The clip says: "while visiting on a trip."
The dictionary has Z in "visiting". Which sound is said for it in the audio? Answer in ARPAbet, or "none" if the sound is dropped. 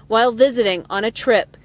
Z